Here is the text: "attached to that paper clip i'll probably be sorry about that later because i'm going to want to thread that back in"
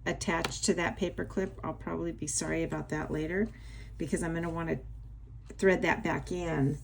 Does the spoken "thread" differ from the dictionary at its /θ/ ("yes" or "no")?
no